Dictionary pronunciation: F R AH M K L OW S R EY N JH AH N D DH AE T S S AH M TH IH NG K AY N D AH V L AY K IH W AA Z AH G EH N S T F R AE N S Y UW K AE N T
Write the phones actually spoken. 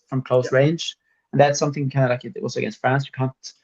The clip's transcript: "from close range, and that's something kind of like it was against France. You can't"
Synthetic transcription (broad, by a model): F R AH M K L OW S R EY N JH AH N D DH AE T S S AH M TH IH NG K AY N D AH L AY K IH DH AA S AH G EH N S T F R AE N S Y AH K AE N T